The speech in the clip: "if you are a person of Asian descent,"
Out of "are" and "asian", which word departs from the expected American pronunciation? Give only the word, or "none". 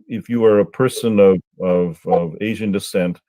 none